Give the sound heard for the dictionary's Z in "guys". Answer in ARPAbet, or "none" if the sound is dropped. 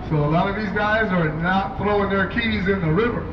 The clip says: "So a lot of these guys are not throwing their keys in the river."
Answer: Z